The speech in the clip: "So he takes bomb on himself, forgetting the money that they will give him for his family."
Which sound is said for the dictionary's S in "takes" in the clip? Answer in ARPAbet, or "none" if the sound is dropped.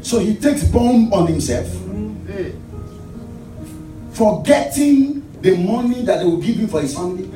S